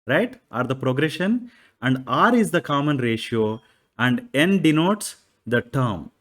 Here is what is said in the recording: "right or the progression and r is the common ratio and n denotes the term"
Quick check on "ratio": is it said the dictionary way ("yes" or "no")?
yes